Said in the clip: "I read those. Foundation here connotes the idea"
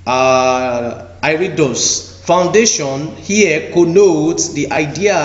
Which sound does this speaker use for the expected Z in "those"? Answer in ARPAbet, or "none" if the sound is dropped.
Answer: S